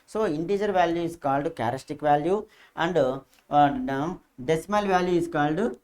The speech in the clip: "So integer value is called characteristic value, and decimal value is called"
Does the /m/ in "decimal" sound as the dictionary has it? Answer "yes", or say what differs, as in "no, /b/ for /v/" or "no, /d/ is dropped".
yes